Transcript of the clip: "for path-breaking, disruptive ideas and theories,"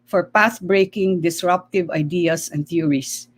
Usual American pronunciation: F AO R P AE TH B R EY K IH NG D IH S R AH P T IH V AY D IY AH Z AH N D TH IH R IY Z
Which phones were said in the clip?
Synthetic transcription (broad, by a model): F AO R P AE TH B R EY K IH NG D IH S R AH P T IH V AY D IY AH S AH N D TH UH R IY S